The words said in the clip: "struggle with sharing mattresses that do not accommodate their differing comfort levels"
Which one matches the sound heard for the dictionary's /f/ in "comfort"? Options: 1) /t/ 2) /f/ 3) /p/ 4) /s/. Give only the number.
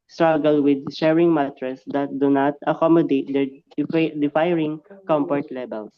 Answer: 3